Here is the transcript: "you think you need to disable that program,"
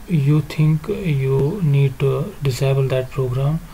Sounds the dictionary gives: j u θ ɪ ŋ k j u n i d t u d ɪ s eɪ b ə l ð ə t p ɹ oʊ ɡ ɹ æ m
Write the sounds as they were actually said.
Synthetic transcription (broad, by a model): j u t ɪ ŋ k j u n i d t u d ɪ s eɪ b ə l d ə t p ɹ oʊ ɡ ɹ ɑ m